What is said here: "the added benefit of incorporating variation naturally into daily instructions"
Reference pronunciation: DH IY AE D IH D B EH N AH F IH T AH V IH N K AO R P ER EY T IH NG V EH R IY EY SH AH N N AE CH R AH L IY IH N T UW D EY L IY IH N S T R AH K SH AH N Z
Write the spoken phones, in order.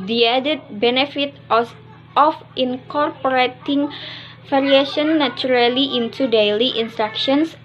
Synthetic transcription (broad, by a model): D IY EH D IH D B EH N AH F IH T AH F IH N K AO R P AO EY T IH NG F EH R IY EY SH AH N N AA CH R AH L IY IH N T UW D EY L IY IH N S T R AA K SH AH N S